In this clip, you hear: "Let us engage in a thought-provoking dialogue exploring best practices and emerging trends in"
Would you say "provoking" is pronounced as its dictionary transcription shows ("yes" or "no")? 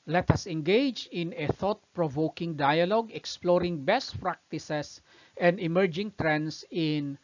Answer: yes